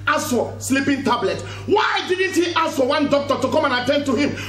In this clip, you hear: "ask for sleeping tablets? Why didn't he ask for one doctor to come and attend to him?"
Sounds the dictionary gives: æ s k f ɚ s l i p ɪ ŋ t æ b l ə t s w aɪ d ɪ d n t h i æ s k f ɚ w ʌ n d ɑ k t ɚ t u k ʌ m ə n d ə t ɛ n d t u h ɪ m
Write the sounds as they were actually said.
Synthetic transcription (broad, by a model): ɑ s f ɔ s l i p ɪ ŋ t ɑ b l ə t w aɪ d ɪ d n t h i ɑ s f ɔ w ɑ n d ɑ k t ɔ t u k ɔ m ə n ə t ɛ n d t u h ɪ m